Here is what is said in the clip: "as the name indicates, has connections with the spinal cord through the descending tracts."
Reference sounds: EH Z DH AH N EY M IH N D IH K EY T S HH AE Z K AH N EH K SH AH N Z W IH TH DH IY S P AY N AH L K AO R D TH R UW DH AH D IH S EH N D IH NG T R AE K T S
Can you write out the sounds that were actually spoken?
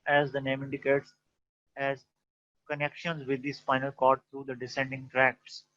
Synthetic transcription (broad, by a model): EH Z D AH N EY M IH N D IH K EY T S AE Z K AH N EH K SH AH N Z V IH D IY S F AY N AH L K AO R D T R UW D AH D IH S EH N D IH NG T R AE K T S